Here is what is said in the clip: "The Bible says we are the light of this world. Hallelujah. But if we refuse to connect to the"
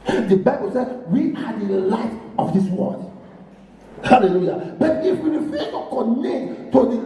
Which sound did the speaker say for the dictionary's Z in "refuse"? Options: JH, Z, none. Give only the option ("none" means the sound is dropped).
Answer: none